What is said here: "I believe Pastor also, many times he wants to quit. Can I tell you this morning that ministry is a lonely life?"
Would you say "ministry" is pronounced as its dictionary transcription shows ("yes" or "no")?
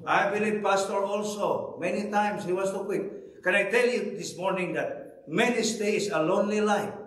no